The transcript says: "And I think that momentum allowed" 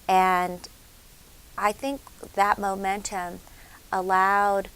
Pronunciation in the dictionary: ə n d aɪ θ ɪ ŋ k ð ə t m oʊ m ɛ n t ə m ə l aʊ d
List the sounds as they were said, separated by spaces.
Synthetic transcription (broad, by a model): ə n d aɪ θ ɪ ŋ k ð ə t m oʊ m ɛ n t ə m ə l aʊ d